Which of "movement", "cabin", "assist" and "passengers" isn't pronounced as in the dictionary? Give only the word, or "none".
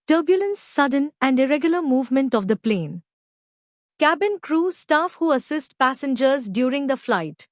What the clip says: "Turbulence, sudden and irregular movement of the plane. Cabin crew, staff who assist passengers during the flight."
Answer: none